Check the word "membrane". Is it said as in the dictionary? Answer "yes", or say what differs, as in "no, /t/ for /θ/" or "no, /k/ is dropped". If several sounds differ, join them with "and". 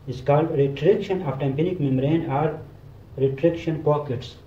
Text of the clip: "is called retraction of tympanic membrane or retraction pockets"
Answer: no, /b/ is dropped